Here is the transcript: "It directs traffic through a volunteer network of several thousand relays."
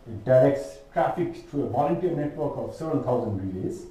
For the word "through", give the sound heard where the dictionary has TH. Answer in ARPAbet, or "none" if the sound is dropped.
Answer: T